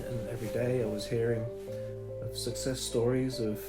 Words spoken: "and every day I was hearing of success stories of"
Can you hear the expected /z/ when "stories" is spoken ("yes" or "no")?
yes